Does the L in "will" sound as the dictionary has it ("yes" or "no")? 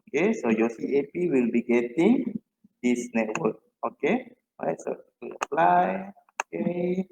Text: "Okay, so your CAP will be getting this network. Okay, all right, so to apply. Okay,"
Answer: yes